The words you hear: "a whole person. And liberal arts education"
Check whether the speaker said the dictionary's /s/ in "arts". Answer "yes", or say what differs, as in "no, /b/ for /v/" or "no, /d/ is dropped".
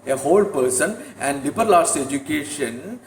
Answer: no, /s/ is dropped